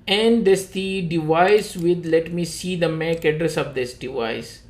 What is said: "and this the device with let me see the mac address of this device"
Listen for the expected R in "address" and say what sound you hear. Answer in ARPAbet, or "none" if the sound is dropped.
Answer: R